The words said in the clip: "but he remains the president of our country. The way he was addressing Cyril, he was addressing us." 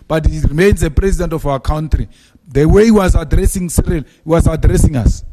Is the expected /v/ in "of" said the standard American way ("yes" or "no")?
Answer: no